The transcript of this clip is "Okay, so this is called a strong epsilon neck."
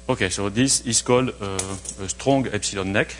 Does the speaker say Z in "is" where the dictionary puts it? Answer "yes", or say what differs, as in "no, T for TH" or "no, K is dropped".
no, S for Z